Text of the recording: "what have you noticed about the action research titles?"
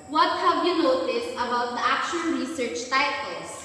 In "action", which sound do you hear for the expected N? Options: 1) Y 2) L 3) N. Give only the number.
2